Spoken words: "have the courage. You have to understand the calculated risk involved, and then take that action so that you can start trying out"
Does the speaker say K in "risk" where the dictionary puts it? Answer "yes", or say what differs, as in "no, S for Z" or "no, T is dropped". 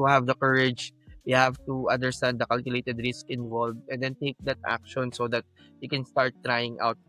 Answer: yes